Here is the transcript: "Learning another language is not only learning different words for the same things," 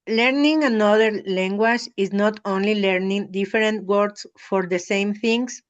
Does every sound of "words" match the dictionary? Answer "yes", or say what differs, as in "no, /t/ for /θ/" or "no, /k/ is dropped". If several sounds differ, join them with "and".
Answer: no, /s/ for /z/